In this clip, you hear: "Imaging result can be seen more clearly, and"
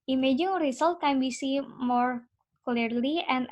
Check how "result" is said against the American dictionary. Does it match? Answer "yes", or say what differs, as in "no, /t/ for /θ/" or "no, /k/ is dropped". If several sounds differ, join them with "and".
no, /s/ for /z/